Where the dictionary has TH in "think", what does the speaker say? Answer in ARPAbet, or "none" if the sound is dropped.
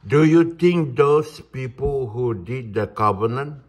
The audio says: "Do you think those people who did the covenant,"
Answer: T